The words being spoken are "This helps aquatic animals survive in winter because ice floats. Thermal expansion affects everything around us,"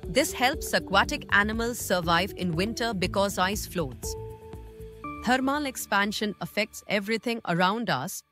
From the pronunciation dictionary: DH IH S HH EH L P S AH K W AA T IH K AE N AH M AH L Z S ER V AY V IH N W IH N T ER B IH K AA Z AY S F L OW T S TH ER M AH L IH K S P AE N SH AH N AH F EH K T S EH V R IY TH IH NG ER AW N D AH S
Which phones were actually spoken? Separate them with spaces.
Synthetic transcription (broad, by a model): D IH S HH EH L P S AH K W AA T IH K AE N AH M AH L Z S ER V AY V IH N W IH N T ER B IH K AA Z AY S F L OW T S T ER M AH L IH K S P AE N SH AH N AH F EH K T S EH V R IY T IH NG ER AW N D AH S